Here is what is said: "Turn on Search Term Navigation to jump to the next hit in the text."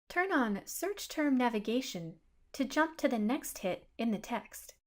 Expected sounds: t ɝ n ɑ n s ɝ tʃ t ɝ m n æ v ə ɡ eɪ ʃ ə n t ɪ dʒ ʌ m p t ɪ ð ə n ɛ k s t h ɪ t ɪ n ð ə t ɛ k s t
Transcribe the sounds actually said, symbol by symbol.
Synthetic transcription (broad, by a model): t ɝ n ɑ n s ɝ tʃ t ɝ m n æ v ə ɡ eɪ ʃ ə n t ɪ dʒ ʌ m p t ɪ ð ə n ɛ k s t h ɪ t ɪ n ð ə t ɛ k s t